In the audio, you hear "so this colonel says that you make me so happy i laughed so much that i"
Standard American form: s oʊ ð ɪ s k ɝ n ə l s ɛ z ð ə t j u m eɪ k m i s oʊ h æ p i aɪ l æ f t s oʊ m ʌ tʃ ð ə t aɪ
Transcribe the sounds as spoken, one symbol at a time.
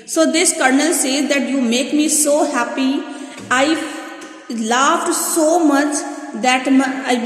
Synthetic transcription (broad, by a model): s oʊ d ɪ s k ɝ n ə l s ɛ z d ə t j u m eɪ k m i s oʊ h æ p i aɪ l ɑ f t s oʊ m ʌ tʃ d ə t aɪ